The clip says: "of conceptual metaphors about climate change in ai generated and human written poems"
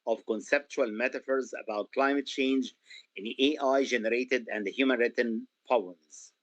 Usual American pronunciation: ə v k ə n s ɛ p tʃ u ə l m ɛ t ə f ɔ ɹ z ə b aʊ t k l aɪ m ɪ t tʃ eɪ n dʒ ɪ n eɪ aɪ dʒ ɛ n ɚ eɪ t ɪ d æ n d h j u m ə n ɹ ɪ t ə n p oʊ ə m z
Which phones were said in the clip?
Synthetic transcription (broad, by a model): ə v k ə n s ɛ p tʃ u ə l m ɛ t ə f ɔ ɹ z ə b aʊ t k l aɪ m ɪ t tʃ eɪ n dʒ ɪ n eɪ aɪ dʒ ɛ n ɚ eɪ t ɪ d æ n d h j u m ə n ɹ ɪ t ə n p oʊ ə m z